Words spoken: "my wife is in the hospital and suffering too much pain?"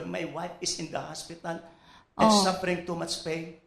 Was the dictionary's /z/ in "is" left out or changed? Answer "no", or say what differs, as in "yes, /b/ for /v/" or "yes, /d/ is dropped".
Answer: yes, /s/ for /z/